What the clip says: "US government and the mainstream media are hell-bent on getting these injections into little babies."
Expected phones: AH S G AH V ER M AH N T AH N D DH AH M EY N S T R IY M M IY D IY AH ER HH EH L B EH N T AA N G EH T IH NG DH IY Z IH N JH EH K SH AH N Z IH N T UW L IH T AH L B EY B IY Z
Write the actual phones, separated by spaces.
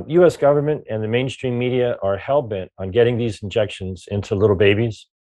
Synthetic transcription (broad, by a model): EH S G AH V ER M AH N T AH N DH AH M EY N S T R IY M M IY D IY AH ER HH EH L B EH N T N G EH T IH NG DH IY Z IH N JH EH K SH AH N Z IH N T UW L IH T L B EY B IY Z